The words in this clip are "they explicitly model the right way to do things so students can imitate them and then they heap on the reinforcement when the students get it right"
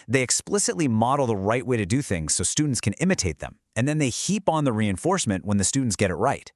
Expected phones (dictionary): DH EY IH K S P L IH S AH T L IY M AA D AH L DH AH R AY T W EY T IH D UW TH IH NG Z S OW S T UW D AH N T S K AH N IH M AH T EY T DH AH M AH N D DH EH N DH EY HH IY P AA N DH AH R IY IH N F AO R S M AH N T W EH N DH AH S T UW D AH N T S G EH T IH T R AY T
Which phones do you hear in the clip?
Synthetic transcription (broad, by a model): DH EY IH K S P L IH S AH T L IY M AA D L DH AH R AY T W EY T IH D UW TH IH NG Z S OW S T UW D N T S K AH N IH M AH T EY T DH AH M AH N DH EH N DH EY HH IY P N DH AH R IY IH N F AO R S M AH N T W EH N DH AH S T UW D N T S G EH T IH T R AY T